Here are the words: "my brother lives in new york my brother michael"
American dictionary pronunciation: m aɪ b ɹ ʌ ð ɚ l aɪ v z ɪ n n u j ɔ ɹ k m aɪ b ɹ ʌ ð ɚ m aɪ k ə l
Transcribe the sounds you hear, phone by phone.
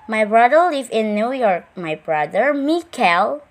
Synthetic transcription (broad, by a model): m aɪ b ɹ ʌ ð ɚ l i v ɪ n n u j ɔ ɹ k m aɪ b ɹ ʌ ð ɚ m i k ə l